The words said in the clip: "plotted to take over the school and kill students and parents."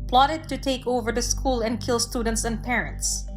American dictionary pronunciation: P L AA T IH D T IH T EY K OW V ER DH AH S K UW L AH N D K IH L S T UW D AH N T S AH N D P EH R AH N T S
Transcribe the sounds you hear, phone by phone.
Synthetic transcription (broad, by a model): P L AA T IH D T IH T EY K OW V ER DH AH S K UW L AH N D K IH L S T UW D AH N T S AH N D P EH R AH N T S